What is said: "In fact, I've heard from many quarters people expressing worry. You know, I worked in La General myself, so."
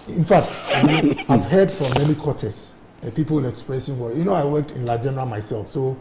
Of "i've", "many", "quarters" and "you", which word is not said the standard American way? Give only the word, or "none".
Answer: quarters